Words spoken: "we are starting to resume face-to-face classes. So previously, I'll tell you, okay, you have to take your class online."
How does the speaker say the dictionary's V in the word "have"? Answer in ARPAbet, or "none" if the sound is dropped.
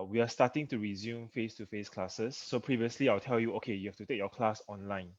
F